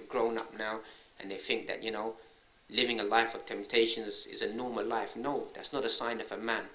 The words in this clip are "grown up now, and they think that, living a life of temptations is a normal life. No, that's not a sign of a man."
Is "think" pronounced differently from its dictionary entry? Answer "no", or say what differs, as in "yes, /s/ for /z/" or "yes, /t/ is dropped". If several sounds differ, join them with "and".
no